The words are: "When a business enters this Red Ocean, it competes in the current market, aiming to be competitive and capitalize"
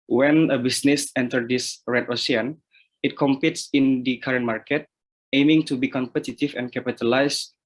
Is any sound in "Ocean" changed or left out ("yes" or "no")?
yes